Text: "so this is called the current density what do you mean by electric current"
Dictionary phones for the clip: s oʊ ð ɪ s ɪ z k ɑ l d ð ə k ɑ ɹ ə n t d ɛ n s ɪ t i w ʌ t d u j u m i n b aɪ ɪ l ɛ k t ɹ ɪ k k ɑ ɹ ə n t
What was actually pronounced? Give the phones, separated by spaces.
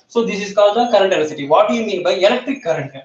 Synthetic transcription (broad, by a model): s oʊ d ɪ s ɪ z k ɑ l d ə k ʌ ɹ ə n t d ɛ s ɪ t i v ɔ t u j u m i n b aɪ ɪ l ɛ k t ɹ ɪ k k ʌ ɹ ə n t